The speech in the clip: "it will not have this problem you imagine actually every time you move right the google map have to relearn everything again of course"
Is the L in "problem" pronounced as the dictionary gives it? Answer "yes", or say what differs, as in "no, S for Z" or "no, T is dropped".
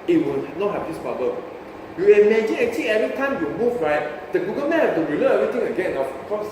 no, L is dropped